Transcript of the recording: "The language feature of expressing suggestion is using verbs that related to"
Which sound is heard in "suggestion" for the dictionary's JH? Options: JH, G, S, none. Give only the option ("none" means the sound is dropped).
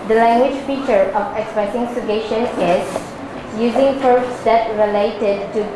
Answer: none